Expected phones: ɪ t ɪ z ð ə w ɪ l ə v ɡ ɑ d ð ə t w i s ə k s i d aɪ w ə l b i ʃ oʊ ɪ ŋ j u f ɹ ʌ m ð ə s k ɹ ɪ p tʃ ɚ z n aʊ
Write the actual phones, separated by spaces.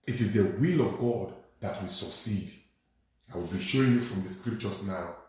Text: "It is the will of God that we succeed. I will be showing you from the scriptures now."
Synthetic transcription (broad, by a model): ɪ t ɪ z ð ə w ɪ l ə v ɡ ɑ d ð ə t w i s ə k s i d aɪ w ə l b i ʃ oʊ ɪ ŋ j u f ɹ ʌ m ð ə s k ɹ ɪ p tʃ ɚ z n aʊ